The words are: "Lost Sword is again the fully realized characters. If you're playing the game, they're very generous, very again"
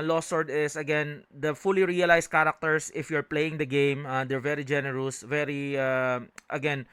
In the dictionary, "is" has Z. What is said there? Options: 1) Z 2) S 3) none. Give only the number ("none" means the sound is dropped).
2